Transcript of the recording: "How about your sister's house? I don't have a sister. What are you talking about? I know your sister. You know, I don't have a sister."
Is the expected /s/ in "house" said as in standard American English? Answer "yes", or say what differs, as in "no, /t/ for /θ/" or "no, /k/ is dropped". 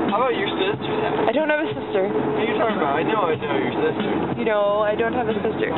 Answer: no, /s/ is dropped